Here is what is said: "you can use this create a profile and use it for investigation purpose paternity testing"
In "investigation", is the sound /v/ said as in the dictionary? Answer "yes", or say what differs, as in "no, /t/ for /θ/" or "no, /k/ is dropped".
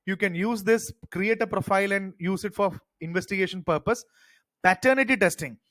yes